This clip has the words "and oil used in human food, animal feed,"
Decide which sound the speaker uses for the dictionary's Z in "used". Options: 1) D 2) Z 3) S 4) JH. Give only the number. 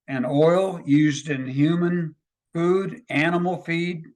2